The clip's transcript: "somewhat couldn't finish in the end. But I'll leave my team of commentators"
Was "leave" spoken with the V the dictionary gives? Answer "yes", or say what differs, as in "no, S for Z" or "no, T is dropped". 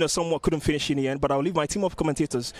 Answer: yes